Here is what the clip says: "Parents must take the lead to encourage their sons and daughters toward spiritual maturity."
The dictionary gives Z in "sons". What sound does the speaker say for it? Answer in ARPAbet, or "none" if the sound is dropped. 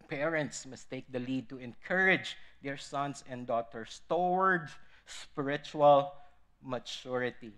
S